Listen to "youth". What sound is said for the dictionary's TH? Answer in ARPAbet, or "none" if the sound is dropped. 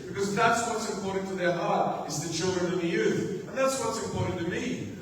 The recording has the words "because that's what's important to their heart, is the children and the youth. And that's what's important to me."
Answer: TH